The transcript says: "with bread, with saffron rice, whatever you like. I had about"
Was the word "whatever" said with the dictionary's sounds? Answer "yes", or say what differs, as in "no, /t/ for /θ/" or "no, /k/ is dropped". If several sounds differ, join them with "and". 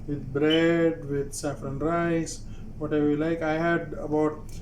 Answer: no, /v/ is dropped